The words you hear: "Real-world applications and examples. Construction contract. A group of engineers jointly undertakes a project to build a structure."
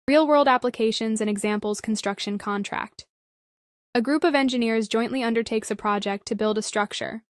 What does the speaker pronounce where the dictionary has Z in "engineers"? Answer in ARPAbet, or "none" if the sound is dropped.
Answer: Z